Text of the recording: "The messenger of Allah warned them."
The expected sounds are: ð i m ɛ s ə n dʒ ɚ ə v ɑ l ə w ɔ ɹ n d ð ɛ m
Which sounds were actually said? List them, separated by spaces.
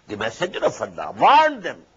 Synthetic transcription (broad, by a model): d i m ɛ s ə dʒ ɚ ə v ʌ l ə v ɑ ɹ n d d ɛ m